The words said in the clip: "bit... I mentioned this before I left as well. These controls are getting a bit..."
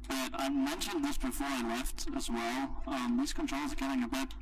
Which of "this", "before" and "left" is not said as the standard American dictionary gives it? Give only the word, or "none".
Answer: none